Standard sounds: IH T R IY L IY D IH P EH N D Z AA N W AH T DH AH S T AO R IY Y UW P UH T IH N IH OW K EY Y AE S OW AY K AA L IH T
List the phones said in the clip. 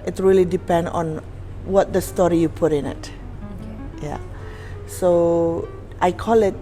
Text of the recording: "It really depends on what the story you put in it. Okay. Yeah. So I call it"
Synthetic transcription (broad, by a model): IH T R IY L IY D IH P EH N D AA N W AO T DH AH S T AO R IY Y UW P UH T IH N IH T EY Y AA S OW AY K AA L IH T